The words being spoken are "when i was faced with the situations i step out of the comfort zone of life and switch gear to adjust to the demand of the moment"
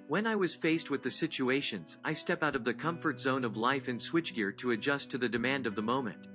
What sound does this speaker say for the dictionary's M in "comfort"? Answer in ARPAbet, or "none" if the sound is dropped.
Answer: M